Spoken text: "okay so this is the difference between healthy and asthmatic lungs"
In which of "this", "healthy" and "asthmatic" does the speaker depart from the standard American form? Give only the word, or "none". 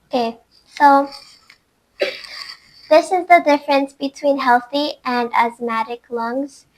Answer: none